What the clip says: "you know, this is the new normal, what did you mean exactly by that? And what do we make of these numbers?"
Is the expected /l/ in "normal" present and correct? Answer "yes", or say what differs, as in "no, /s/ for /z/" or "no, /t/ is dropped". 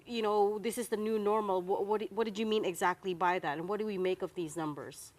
no, /w/ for /l/